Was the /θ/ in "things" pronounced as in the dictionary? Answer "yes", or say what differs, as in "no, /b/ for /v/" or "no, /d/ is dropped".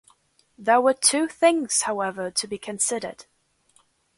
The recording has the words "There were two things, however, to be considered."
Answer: yes